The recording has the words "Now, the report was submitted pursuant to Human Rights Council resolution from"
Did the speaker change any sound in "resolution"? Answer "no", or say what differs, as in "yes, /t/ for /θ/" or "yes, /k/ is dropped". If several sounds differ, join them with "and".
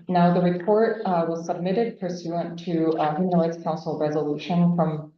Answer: no